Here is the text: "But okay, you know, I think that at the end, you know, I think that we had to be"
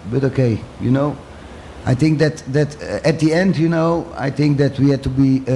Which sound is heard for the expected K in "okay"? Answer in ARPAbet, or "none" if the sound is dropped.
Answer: K